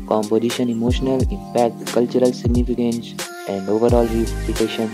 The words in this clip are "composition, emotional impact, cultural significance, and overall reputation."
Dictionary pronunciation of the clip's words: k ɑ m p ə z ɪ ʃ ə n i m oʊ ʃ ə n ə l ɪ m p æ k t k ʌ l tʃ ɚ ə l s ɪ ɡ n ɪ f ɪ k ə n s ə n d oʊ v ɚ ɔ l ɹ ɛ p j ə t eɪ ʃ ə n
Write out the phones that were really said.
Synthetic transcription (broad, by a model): k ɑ m p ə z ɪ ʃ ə n i m oʊ ʃ ə n ə l ɪ m p æ k t k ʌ l tʃ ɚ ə l s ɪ ɡ n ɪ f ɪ k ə n s ə n d oʊ v ɚ ɔ l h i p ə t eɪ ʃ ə n